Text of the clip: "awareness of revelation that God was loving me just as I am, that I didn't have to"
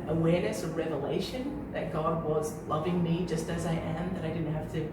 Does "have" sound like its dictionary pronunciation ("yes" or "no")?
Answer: no